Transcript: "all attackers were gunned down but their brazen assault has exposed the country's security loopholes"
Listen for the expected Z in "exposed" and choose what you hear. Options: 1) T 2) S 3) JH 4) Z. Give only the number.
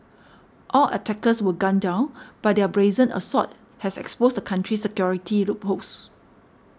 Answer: 2